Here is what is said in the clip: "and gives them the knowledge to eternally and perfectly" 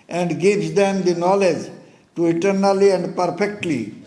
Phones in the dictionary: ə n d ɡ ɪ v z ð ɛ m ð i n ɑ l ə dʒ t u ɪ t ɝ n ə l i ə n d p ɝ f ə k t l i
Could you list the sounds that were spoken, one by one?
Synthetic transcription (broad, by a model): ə n d ɡ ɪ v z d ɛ m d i n ɑ l ə dʒ t u ɪ t ɝ n ə l i ə n d p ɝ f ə k t l i